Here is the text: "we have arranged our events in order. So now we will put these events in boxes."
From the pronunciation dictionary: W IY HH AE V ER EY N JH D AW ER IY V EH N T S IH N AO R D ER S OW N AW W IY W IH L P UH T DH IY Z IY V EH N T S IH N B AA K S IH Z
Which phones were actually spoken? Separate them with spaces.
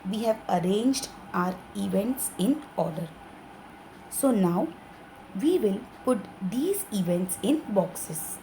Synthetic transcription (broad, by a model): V IY HH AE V ER EY N JH D AW ER IY V EH N T S IH N AO R D ER S OW N AW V IY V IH L P UH T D IY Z IY V EH N T S IH N B AA K S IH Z